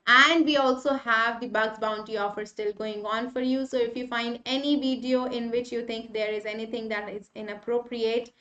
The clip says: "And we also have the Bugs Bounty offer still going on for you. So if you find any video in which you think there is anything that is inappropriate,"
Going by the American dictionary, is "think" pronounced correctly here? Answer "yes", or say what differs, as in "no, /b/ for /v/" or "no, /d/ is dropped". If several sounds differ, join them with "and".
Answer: no, /t/ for /θ/